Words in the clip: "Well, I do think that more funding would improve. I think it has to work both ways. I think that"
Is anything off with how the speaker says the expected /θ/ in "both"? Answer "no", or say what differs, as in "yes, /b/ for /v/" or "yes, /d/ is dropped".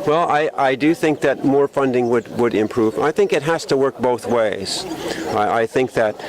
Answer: no